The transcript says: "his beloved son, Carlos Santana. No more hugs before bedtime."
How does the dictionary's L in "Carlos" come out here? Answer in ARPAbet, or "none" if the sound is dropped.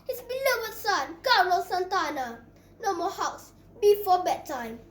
none